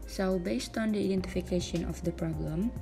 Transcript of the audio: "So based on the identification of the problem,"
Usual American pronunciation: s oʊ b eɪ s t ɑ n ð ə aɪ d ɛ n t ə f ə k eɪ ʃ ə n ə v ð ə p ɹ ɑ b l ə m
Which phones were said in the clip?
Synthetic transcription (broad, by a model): s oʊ b eɪ s t ɑ n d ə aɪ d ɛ n t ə f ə k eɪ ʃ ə n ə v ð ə p ɹ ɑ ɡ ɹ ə m